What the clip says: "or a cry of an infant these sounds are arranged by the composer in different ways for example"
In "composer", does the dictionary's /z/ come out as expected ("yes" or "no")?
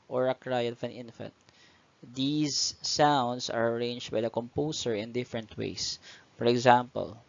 no